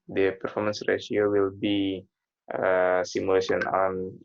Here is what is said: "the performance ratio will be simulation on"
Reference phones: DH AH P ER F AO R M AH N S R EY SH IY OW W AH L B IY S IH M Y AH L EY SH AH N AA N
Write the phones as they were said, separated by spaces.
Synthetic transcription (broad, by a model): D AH P ER F AO R M AH N S R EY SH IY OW W AH L B IY S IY M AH L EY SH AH N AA N